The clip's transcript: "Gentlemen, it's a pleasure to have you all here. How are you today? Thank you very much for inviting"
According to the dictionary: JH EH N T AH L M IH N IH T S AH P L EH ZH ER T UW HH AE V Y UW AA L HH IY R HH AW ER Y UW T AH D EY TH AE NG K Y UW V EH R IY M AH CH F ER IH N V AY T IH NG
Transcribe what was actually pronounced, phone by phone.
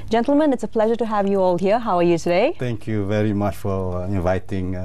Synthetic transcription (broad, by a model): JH EH N T L M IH N IH T S AH P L EH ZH ER T UW HH AE V Y UW AA L HH IY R HH AW ER Y UW T AH D EY T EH NG K Y UW V EH R IY M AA CH F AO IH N V AY T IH NG